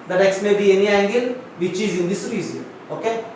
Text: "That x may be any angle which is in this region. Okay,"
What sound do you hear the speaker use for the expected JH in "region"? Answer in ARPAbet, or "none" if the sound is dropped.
Z